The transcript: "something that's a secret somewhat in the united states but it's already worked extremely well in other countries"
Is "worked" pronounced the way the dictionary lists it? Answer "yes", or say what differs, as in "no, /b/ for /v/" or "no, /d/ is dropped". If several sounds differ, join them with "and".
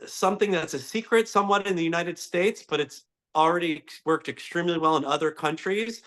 yes